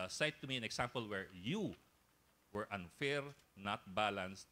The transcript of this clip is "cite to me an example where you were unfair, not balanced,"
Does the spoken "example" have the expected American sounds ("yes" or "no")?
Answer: no